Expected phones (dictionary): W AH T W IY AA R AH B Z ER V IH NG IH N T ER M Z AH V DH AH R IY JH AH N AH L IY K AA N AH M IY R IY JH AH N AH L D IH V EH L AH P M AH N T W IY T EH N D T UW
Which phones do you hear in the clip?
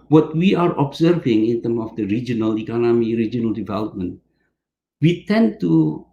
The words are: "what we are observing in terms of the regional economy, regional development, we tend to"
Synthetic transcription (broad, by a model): W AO T W IY AA R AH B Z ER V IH NG IH N T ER M AH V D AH R IY JH AH N AH L IY K AA N AH M IY R IY JH AH N AH L D IH V EH L AH P M AH N T W IY T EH N T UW